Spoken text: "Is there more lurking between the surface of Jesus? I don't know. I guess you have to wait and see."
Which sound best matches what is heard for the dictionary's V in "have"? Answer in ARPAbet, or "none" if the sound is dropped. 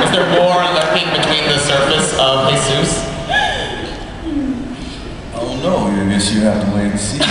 F